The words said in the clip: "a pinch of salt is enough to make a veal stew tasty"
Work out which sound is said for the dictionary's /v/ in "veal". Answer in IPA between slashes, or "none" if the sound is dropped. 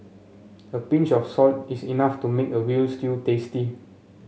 /w/